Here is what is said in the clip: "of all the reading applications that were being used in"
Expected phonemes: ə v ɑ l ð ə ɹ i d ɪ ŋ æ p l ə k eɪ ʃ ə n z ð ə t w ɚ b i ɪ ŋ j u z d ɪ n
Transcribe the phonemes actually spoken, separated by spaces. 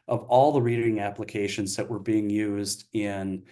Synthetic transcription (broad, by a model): ə v ɑ l ð ə ɹ i d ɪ ŋ æ p l ə k eɪ ʃ ə n z ð ə t w ɚ b i ɪ ŋ j u z d ɪ n